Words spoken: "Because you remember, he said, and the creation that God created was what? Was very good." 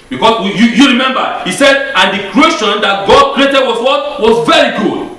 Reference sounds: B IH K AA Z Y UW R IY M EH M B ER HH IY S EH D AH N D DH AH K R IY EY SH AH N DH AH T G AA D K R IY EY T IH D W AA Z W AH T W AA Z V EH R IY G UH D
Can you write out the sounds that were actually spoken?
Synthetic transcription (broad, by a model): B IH K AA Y Y UW R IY M EH M B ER HH IY S EH D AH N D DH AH K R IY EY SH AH N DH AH T G AA D K R IY EY T IH D W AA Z W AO T W AA Z V EH R IY G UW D